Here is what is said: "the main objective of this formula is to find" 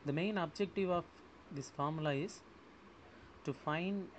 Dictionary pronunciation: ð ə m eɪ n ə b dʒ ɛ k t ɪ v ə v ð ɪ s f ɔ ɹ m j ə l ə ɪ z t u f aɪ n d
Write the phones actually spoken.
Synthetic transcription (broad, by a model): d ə m eɪ n ə b dʒ ɛ k t ɪ v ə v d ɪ s f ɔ ɹ m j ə l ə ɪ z t u f aɪ n d